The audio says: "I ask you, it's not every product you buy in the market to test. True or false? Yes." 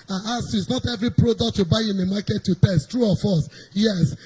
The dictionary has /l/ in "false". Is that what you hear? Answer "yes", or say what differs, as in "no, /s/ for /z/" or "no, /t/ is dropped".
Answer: no, /l/ is dropped